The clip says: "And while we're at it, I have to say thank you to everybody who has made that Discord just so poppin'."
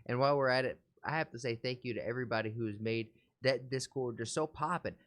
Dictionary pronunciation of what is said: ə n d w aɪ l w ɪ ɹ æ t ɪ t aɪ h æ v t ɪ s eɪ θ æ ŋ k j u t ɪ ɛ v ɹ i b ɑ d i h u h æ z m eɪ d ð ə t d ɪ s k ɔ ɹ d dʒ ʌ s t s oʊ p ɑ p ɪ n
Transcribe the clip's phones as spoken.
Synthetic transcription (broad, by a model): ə n w aɪ l w ɪ ɹ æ t ɪ t aɪ h æ f t ɪ s eɪ θ æ ŋ k j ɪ t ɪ ɛ v ɹ i b ɑ d i h u z m eɪ d ð ə t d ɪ s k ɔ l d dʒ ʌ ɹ s oʊ p ɑ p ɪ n